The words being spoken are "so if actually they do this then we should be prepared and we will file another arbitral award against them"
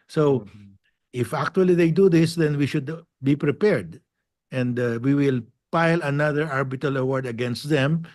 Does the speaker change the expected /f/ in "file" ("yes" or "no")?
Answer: yes